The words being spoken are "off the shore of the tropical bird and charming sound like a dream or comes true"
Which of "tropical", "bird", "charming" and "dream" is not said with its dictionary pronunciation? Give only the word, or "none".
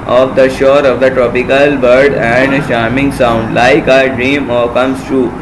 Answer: charming